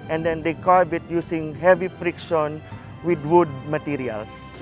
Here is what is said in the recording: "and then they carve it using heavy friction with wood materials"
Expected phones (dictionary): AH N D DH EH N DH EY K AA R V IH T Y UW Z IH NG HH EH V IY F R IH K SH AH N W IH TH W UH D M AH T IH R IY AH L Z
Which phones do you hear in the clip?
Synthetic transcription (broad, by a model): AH N D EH N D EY K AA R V IH T Y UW S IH NG HH EH V IY F R IH K SH AH N W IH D W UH D M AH T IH R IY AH L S